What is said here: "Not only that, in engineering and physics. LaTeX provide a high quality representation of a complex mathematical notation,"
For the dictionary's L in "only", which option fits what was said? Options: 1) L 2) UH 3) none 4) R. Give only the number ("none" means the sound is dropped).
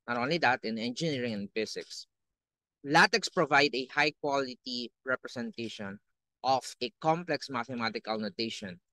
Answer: 1